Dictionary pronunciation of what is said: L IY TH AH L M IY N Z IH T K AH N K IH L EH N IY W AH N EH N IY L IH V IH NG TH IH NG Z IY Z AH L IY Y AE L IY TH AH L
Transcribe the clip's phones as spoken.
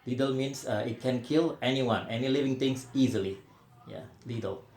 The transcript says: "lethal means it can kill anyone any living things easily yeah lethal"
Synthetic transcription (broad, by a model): L IY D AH L M IY N S IH T K AH N K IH L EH N IY W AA N EH N IY L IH V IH NG T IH NG S IY Z AH L IY Y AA L IY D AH L